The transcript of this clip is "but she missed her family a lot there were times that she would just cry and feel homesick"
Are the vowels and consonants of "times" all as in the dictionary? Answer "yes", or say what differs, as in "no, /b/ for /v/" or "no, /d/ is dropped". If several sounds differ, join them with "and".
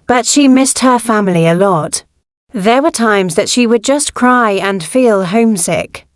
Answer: yes